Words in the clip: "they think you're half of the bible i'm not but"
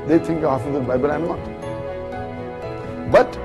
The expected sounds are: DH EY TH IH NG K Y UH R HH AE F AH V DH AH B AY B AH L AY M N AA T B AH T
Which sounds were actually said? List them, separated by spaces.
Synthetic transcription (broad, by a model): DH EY T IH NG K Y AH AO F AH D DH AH B AY B AH L AY M N AA T B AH T